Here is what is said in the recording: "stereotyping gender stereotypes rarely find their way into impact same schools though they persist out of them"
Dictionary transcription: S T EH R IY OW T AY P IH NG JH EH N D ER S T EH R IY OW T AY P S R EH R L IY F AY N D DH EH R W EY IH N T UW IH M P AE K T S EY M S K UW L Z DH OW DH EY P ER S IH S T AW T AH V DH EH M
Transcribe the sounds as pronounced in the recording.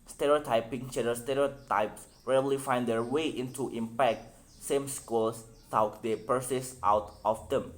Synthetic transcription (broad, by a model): S T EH R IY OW T AY P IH NG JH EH D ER S T EH R IY OW T AY P S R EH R L IY F AY N D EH R W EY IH N T UW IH M P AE K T S EY M S K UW L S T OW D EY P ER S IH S T AW T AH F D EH M